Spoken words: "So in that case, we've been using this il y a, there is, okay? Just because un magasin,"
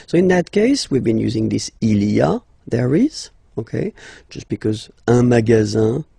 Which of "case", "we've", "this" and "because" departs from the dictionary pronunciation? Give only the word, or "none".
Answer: none